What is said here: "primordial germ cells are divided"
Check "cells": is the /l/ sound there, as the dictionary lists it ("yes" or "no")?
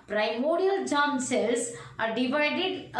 no